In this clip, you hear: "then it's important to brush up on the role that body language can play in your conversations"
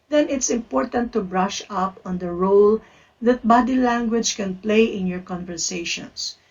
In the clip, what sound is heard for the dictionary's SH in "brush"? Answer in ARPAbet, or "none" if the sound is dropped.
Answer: SH